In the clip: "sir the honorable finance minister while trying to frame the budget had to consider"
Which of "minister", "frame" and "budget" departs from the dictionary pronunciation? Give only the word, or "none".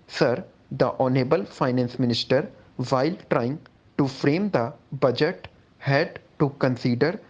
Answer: none